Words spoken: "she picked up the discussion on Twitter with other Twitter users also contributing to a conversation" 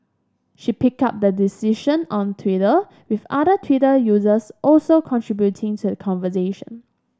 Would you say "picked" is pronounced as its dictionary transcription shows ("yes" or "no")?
no